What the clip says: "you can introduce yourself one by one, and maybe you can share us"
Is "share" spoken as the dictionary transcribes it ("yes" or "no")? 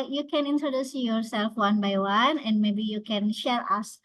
no